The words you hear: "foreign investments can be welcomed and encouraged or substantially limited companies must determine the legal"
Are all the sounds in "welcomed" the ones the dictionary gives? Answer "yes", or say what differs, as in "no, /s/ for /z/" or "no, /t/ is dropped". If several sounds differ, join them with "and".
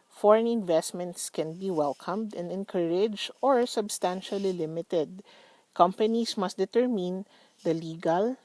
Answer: yes